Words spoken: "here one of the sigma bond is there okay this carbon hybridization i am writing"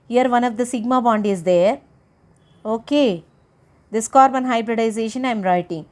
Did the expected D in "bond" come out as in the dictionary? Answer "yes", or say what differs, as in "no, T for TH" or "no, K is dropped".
yes